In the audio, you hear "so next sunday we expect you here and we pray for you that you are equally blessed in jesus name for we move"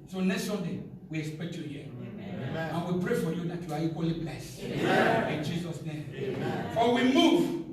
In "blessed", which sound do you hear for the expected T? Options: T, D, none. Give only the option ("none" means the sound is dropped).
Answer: none